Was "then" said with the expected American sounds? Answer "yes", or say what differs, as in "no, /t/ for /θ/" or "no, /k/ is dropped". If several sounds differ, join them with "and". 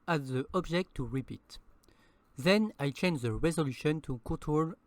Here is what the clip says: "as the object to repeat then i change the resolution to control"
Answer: yes